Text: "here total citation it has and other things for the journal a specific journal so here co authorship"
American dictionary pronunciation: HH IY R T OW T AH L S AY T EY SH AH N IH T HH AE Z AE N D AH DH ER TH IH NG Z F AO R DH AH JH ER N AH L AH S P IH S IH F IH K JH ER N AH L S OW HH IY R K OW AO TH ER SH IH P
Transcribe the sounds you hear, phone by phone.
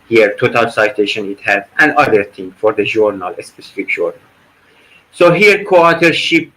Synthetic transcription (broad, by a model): HH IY R T OW T AH L S AY T EY SH AH N IH T HH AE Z AE N D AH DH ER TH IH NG F AO R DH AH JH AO N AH L AH S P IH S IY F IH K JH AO N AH L S OW HH IY R K OW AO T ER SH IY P